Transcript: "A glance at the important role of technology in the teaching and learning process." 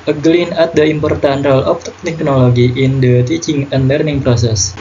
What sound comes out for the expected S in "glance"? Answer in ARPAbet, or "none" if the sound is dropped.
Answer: none